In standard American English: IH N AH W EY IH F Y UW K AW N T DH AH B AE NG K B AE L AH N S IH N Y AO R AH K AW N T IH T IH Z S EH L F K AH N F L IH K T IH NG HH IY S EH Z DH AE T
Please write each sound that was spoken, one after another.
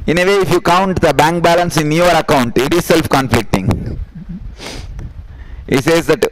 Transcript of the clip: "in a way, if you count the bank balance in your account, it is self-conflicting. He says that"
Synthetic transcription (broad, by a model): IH N AH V EY IH F Y UW K AW N T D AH B AE NG K B AE L AH N S IH N Y AO R AH K AW N T IH T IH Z S EH L F K AH N F L IH K T IH NG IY S EH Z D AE T